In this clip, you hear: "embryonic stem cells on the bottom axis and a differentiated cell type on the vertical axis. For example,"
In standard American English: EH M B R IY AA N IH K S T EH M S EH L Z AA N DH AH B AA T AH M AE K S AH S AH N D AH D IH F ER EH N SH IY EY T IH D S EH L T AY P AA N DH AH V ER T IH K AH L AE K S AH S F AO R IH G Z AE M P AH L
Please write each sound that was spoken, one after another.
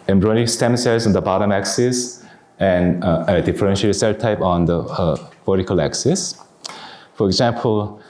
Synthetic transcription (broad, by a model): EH M B R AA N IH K S T EH M S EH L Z AA N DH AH B AA T AH M AE K S AH S AH N D AH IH F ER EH N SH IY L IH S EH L T AY P AA N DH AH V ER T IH K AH L AE K S AH S F AO R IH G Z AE M P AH L